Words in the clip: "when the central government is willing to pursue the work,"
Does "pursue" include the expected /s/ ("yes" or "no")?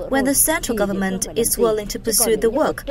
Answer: yes